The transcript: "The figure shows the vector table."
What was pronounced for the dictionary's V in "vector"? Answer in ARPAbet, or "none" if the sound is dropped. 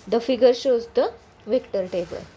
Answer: V